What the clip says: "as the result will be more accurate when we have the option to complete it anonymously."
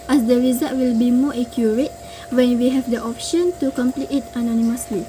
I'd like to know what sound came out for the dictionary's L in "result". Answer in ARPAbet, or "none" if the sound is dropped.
none